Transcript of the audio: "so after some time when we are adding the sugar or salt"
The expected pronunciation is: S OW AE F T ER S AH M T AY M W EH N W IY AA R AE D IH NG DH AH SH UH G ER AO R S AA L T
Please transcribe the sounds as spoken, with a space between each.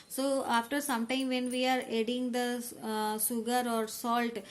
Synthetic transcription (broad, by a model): S OW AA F T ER S AH M T AY M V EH N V IY AA R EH D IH NG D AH S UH G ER AO R S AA L T